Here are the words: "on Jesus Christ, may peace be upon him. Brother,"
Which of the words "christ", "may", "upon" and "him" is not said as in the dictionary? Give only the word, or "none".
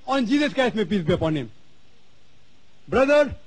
christ